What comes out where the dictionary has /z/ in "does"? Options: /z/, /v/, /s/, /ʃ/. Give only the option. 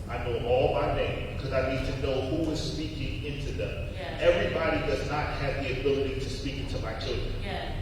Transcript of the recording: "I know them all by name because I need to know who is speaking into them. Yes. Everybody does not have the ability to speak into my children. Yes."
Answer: /z/